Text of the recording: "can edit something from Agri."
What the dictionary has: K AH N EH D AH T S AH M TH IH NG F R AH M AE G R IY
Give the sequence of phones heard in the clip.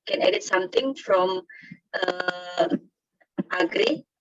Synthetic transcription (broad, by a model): K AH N EH D AH T S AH M T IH NG F R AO M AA G R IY